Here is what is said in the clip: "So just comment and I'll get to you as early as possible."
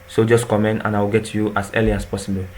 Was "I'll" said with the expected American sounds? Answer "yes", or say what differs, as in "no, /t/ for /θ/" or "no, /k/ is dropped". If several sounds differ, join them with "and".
no, /w/ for /l/